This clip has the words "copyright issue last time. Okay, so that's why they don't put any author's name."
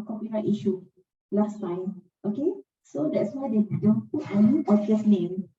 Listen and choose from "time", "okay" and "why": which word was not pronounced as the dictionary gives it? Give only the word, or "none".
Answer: time